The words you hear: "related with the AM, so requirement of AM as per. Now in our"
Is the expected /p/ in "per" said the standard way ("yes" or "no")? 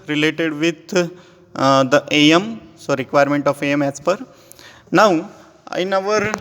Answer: yes